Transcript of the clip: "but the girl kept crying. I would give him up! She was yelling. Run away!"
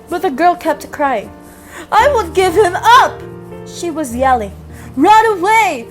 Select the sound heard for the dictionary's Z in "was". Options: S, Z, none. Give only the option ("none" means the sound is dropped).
Z